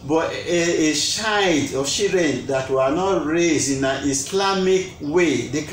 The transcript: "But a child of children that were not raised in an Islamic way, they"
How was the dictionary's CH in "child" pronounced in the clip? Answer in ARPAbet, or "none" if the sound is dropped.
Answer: SH